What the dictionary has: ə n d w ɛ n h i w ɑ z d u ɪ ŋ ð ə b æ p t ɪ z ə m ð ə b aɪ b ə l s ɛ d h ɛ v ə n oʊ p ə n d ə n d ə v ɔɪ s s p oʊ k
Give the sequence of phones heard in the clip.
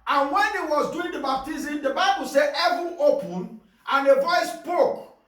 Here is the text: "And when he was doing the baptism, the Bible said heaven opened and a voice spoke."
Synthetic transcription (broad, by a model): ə n w ɛ n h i w ɑ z d u ɪ ŋ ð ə b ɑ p t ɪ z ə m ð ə b aɪ b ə l s ɛ d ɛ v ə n oʊ p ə n ə n ə v ɔɪ s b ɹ oʊ k